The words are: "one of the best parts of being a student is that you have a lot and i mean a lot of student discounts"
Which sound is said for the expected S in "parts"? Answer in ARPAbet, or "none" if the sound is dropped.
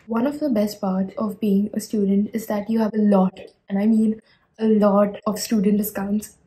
none